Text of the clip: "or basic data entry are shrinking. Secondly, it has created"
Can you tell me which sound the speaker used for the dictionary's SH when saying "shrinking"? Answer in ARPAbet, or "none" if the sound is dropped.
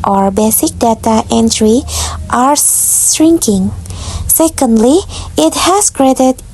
S